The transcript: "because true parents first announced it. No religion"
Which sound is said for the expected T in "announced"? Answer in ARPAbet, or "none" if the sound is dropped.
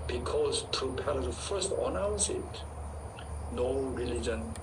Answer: none